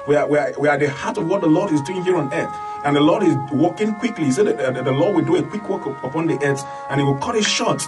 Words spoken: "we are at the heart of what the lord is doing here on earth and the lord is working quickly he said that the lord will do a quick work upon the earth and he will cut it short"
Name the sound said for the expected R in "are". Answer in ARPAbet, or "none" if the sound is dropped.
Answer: W